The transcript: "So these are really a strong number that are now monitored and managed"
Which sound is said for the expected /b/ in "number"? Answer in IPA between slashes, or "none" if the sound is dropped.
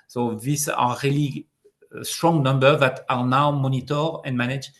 /b/